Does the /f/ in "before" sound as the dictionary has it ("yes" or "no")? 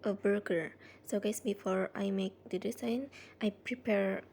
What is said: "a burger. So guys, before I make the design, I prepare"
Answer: yes